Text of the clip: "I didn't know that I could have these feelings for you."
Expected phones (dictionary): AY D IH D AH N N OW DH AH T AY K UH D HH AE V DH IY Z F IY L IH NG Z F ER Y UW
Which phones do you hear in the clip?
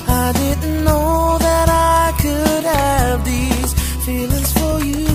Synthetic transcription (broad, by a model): AY D IH D N N OW DH AH T AY K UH D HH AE V DH IY Z F IY L IH NG Z F ER Y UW